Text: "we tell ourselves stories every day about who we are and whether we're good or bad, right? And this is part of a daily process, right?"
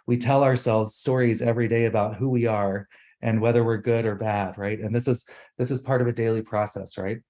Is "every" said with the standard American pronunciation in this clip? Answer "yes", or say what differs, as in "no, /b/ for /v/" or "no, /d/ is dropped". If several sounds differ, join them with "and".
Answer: yes